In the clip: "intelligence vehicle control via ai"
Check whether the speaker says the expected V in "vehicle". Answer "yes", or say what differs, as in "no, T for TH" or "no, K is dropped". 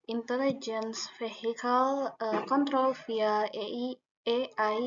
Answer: no, F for V